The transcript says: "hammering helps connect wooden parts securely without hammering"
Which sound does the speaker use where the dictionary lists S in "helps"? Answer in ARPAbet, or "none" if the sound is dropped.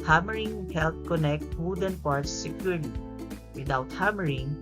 none